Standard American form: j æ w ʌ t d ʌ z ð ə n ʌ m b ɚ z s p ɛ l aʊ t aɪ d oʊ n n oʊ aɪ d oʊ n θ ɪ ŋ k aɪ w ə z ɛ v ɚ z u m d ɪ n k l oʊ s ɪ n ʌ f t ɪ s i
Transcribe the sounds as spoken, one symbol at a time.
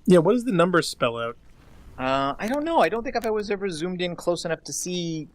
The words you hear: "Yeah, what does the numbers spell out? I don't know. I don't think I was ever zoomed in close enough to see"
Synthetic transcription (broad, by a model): j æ w ʌ t d ʌ z ð ə n ʌ m b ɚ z s p ɛ l aʊ t aɪ d oʊ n n oʊ aɪ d oʊ n θ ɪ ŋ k aɪ w ə z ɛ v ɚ z u m d ɪ n k l oʊ s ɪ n ʌ f t ɪ s i